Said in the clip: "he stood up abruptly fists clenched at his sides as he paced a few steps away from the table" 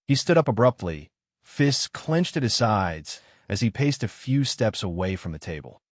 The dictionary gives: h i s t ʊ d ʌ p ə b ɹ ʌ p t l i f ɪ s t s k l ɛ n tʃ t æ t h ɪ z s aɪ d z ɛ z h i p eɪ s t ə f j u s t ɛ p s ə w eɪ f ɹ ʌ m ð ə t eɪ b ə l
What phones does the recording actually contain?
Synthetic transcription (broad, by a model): h i s t ʊ d ʌ p ə b ɹ ʌ p t l i f ɪ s s k l ɛ n tʃ t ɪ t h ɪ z s aɪ d z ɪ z i p eɪ s t ə f j u s t ɛ p s ə w eɪ f ɹ ʌ m ð ə t eɪ b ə l